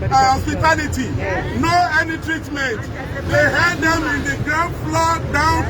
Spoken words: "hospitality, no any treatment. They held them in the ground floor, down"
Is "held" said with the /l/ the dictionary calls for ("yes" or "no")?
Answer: no